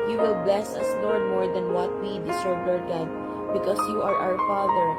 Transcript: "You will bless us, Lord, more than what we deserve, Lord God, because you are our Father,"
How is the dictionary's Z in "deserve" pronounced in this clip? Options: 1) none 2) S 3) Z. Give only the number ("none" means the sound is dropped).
2